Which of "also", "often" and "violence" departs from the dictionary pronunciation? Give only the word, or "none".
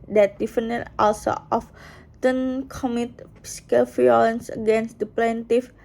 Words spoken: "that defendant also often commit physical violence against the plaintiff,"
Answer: violence